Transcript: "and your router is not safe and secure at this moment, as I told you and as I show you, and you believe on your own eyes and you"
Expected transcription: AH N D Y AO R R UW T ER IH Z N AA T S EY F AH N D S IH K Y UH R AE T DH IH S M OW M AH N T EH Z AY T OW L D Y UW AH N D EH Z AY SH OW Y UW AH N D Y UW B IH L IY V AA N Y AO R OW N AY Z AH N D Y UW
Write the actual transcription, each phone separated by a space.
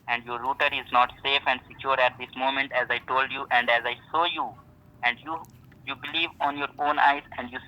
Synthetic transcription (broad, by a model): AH N D Y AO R R UW T ER IH Z N AA T S EY F AH N D S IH K Y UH R AE T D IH S M OW M AH N T EH Z AY T OW L D Y UW AH N D EH Z AY S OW Y UW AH N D Y UW B IH L IY V AA N Y AO R OW N AY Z AH N D Y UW